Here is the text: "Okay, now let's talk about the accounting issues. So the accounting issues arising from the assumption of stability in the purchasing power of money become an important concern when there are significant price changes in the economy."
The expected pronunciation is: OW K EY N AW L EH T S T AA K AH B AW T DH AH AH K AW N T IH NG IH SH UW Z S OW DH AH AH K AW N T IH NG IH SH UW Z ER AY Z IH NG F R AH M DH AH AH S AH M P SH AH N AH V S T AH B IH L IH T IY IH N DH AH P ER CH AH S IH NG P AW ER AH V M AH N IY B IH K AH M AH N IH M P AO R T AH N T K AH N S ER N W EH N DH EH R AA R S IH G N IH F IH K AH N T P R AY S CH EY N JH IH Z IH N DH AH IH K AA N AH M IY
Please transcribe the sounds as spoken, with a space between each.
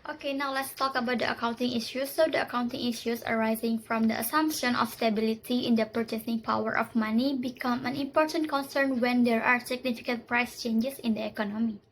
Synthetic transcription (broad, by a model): OW K EY N AW L EH T S T AA K AH B AW T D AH AH K AW N T IH NG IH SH UW S OW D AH AH K AW N T IH NG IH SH UW S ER AY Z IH NG F R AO M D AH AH S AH M P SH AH N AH F S T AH B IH L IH T IY IH N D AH P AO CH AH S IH NG P AW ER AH F M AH N IY B IH K AH M AH N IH M P AO R T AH N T K AH N S ER N W EH N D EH R AA R S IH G N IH F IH K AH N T P R AY S CH EY N JH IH S IH N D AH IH K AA N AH M IY